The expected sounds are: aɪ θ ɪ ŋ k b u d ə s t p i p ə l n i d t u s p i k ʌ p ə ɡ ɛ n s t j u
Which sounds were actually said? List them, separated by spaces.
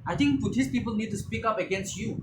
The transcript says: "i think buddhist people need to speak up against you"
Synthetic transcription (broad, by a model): aɪ t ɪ ŋ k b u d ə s p i p ə l n i d t u s p i k ʌ p ə ɡ ɛ n s t j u